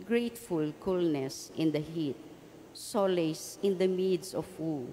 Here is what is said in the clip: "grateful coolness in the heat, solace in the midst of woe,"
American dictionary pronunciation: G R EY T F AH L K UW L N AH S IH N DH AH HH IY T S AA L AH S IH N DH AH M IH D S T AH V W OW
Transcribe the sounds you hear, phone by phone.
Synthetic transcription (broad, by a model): G R EY T F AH L K UW L N AH S IH N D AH HH IY T S AA L AH S IH N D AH M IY D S AH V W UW